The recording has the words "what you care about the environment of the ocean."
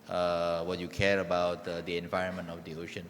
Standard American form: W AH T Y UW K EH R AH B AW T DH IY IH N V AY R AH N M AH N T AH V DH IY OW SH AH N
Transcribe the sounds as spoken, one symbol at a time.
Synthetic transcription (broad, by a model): W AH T Y UW K EH R AH B AW T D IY IH N V AY R AH N M AH N T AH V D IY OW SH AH N